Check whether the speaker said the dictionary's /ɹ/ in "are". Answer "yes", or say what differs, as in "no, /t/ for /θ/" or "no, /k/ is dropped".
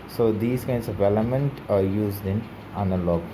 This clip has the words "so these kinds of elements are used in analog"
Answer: yes